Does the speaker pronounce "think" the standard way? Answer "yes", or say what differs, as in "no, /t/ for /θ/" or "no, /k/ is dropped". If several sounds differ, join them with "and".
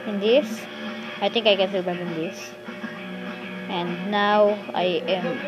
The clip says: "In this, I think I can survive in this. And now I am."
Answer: no, /t/ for /θ/